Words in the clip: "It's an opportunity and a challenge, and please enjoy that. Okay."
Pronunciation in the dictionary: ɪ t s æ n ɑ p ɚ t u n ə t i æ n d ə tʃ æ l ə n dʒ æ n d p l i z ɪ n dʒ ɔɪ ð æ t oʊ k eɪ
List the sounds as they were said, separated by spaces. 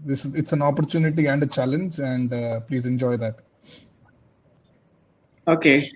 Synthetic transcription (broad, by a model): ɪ t s æ n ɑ p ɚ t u n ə t i æ n d ə tʃ æ l ə n dʒ æ n d p l i z ɪ n dʒ ɔɪ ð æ t oʊ k eɪ